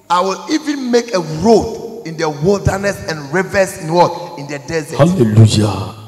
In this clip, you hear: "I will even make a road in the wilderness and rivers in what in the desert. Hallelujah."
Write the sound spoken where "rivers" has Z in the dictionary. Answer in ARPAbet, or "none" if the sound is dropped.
S